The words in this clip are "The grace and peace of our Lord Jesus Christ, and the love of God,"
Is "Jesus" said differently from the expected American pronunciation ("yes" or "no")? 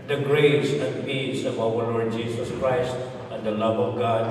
yes